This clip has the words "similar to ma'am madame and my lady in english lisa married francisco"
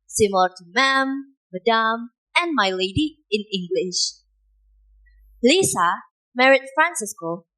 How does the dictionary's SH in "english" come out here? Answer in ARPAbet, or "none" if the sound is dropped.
SH